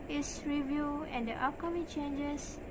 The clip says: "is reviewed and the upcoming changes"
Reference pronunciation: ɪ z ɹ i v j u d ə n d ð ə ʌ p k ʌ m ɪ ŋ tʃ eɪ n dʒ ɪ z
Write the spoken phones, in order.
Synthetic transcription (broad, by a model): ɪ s ɹ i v j u ə n d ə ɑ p k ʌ m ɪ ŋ tʃ eɪ n dʒ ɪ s